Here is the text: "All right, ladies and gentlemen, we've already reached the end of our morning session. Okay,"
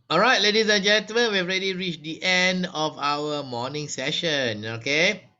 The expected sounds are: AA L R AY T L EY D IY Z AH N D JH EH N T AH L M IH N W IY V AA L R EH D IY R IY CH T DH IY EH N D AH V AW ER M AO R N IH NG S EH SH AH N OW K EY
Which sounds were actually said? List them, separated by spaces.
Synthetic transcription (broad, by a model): AA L R AY T L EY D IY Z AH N JH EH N T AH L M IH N W IY AA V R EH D IY R IY CH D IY EH N D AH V AW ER M AO N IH NG S EH SH AH N OW K EY